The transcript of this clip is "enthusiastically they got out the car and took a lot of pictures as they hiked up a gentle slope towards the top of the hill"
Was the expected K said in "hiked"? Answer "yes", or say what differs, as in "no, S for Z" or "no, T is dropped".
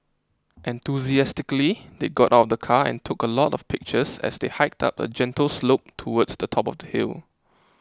yes